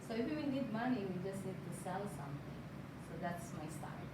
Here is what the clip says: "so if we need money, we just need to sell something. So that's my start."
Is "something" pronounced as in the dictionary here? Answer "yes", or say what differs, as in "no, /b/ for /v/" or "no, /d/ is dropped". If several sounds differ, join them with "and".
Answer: no, /t/ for /θ/